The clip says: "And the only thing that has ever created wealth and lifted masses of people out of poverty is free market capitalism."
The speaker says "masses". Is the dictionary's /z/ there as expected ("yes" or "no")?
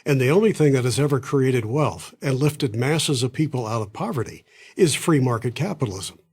yes